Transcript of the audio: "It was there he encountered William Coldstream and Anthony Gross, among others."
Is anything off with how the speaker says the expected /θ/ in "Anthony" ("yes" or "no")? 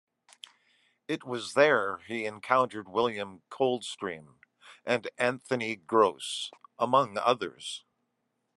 no